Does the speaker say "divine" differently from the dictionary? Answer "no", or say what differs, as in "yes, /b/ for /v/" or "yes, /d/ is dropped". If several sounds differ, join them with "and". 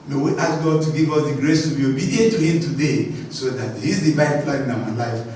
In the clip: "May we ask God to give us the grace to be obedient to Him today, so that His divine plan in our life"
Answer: yes, /b/ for /v/